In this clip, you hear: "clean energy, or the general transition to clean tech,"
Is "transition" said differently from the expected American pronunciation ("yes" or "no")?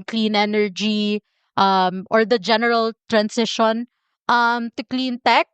yes